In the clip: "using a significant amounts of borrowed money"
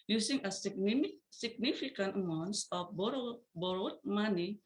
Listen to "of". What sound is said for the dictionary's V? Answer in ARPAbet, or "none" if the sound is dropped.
B